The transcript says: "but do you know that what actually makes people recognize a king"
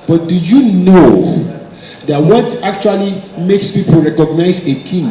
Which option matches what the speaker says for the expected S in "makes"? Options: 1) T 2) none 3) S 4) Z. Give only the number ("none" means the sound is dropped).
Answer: 3